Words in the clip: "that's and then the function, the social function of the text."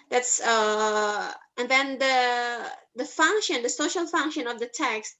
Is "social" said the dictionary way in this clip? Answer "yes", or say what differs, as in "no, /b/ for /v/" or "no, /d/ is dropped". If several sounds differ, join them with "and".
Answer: yes